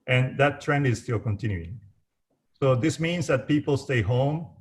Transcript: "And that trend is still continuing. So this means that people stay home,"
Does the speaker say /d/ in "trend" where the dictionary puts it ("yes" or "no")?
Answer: yes